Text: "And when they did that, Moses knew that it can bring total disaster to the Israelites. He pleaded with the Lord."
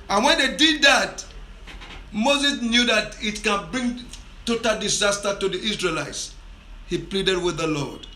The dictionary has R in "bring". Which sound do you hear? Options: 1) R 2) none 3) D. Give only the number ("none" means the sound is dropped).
1